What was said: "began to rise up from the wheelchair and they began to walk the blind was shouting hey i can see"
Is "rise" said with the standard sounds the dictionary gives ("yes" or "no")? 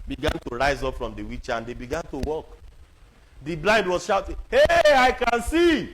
yes